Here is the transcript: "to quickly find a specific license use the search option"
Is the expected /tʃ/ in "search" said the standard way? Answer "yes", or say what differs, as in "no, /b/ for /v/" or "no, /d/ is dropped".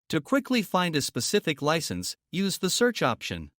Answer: yes